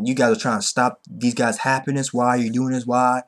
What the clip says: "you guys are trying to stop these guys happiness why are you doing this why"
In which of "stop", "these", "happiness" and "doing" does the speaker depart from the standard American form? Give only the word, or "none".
none